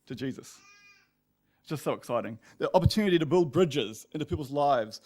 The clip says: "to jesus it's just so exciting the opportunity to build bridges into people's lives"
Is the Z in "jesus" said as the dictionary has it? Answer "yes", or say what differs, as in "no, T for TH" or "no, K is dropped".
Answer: yes